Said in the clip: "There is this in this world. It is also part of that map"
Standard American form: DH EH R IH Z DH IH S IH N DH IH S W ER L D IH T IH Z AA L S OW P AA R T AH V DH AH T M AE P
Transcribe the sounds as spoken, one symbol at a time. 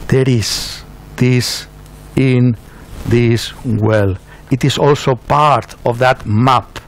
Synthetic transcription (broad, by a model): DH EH R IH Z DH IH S IH N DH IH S W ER L IH T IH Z AA L S OW P AA R T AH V DH AH T M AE P